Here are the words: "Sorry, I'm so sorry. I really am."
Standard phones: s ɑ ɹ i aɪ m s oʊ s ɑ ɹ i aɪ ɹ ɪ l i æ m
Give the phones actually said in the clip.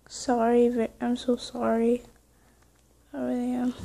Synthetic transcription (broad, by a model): s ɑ ɹ i aɪ m s oʊ s ɑ ɹ i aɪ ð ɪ i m